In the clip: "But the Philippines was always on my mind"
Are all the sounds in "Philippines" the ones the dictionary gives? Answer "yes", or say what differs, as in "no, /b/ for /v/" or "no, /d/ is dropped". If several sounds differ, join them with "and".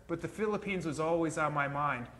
yes